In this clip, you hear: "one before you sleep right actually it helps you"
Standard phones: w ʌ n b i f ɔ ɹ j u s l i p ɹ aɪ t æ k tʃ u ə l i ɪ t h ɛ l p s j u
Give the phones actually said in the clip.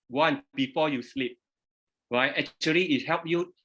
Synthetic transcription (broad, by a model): w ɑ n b i f ɔ j u s l i p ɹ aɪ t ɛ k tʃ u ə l i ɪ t h ɛ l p j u